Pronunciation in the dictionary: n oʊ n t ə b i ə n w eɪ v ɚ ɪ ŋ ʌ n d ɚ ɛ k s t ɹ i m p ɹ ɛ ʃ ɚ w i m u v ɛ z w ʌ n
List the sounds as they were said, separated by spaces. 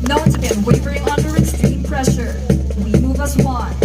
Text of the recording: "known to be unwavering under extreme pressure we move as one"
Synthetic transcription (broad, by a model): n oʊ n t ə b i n w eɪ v ɚ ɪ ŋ ʌ n d ɚ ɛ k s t i p ɹ ɛ ʃ ɚ w i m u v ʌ s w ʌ